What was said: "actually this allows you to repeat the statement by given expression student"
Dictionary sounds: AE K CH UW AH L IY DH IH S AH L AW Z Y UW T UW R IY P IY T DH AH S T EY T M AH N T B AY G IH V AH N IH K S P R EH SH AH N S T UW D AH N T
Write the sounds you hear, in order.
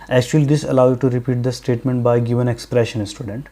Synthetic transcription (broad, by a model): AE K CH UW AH L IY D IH S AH L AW Y UW T UW R IY P IY T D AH S T EY T M AH N T B AY G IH V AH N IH K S P R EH SH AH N S T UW D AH N T